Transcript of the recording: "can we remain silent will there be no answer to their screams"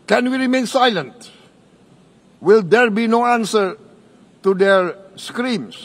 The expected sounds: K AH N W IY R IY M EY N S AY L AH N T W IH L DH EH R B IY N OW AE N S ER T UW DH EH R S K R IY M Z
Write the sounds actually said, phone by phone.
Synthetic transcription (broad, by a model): K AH N W IY R IY M EY N S AY L AH N T W IH L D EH R B IY N OW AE N S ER T UW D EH R S K R IY M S